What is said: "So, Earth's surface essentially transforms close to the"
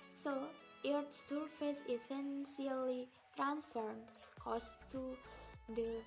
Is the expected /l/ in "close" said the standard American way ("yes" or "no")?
no